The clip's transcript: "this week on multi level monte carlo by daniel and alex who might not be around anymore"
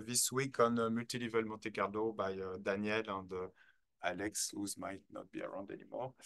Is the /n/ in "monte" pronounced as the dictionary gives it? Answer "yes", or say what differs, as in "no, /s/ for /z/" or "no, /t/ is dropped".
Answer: no, /n/ is dropped